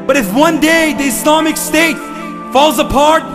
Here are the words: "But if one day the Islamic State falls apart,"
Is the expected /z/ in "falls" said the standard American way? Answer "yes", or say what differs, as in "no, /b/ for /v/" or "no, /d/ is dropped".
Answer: yes